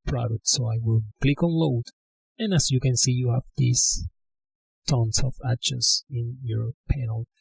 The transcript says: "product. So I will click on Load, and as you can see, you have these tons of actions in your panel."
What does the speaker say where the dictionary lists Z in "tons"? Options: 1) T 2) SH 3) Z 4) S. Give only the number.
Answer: 4